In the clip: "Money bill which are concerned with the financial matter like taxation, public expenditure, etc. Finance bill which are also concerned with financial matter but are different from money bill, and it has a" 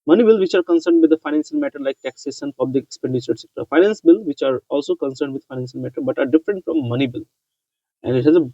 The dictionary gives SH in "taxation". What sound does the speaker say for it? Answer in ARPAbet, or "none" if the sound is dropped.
S